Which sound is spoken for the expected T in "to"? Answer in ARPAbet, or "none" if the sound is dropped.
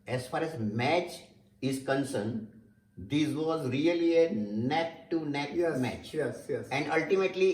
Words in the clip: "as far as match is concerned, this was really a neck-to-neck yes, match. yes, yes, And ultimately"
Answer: T